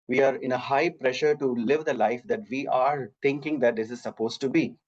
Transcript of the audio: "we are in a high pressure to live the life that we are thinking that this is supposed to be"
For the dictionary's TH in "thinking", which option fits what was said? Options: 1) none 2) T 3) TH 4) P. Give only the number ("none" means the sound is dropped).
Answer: 2